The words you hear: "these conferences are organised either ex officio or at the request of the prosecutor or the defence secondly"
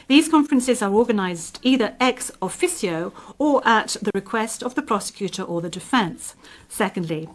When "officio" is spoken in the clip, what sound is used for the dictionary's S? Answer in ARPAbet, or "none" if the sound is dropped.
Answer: S